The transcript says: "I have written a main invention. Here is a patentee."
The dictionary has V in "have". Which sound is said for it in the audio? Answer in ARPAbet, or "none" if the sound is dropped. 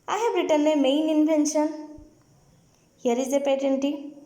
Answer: B